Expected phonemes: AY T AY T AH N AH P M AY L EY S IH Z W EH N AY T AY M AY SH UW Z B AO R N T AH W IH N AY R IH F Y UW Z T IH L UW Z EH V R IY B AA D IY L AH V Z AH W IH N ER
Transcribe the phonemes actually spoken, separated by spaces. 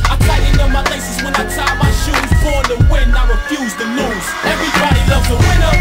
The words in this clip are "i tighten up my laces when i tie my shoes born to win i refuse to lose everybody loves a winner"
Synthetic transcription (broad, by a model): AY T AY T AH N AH M AY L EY S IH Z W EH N AY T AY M AY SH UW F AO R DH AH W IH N AY R IH F Y UW Z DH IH N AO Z EH V R IY B AA D IY L AH V Z AH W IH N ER